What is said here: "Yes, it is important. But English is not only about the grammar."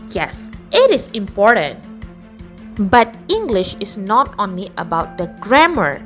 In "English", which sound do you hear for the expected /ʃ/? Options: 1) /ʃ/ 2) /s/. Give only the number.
1